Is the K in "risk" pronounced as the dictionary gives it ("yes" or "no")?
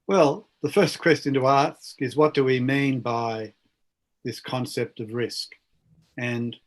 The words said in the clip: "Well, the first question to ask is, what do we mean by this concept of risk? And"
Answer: yes